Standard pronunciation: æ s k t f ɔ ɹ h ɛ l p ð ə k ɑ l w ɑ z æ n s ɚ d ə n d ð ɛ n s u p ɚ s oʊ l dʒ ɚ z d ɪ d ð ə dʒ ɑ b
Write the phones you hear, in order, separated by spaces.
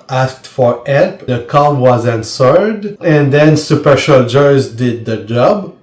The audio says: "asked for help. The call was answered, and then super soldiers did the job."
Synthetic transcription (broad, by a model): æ s k t f ɔ ɹ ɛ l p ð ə k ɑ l w ɑ z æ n s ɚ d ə n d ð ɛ n s u p ɚ ʃ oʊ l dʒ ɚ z d ɪ d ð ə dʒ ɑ b